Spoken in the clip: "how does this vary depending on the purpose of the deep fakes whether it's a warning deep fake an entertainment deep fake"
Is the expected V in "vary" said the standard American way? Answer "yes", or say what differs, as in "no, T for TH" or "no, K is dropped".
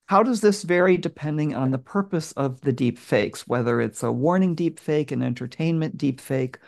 yes